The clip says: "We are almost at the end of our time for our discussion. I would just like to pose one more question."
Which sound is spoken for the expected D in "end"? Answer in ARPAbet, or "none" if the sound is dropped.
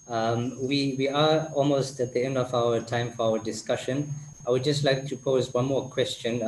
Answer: D